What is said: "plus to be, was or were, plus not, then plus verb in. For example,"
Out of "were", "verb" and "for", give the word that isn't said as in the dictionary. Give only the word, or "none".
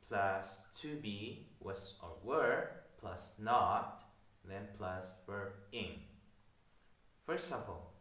verb